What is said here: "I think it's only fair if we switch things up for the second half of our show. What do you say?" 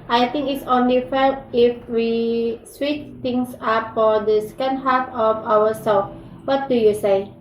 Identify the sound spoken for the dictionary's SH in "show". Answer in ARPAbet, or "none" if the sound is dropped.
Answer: S